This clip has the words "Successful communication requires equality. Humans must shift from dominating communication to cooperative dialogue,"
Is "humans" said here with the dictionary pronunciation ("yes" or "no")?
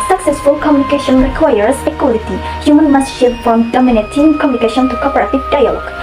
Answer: no